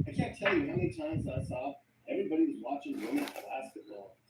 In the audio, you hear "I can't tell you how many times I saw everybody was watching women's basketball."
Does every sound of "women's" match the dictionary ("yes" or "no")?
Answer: no